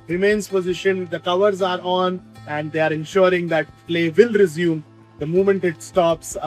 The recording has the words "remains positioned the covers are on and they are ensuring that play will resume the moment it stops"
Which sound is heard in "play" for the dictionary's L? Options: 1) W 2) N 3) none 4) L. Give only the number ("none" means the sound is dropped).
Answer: 4